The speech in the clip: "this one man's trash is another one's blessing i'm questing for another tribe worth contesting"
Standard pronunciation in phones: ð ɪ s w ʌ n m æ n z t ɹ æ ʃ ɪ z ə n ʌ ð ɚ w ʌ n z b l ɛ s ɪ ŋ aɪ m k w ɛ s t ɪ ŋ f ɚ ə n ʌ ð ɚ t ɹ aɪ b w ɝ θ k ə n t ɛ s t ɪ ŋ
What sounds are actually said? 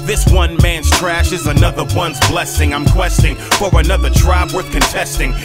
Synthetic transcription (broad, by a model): ð ɪ s w ʌ n m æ n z t ɹ æ ʃ ɪ z ə n ʌ ð ɚ w ʌ n z b l ɛ s ɪ ŋ aɪ m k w ɛ s t ɪ ŋ f ɚ ə n ʌ ð ɚ t ɹ aɪ b w ɝ θ k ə n t ɛ s t ɪ ŋ